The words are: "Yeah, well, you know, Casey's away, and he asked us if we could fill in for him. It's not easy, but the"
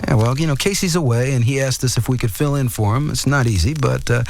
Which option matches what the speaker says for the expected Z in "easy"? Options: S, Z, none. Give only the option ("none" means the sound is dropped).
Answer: Z